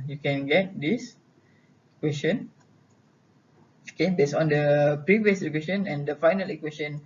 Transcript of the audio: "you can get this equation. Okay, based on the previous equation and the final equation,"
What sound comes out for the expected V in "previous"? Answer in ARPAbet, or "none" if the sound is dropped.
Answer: V